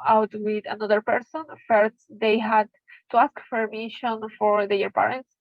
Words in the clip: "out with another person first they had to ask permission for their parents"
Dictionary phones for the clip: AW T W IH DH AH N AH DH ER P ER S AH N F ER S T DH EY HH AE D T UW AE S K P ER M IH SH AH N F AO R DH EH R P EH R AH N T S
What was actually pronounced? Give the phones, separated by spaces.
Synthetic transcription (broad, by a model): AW T W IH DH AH N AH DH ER P ER S AH N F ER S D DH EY HH AE D T UW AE S K F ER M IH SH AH N F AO R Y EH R P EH R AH N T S